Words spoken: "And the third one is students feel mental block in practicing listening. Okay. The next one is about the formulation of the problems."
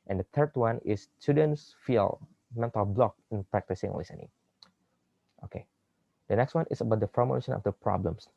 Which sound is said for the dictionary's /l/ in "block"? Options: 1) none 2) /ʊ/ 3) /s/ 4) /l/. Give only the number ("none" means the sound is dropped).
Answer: 4